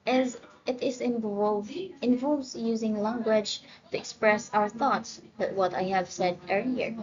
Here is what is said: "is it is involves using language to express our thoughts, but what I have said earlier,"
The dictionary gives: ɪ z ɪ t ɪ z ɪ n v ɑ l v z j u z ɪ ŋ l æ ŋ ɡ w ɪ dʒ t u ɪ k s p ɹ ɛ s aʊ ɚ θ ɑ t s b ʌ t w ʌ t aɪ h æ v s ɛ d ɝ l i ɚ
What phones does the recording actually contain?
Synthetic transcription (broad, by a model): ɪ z ɪ t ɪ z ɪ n v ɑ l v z j u z ɪ ŋ l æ ŋ ɡ w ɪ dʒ t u ɪ k s p ɹ ɛ s aʊ ɚ θ ɑ t s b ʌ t w ʌ t aɪ h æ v s ɛ d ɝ l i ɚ